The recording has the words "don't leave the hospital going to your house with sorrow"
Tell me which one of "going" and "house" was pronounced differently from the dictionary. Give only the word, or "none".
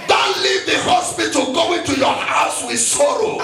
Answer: none